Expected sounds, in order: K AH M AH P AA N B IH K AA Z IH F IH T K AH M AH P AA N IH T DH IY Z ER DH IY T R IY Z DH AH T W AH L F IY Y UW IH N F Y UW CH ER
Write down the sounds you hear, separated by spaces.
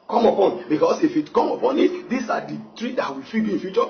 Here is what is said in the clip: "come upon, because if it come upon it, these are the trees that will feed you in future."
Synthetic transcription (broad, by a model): K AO M AH P AA N B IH K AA S IH F IH T K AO M AH P AA N IH T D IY S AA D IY T R IY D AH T W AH F IY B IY IH N F Y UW CH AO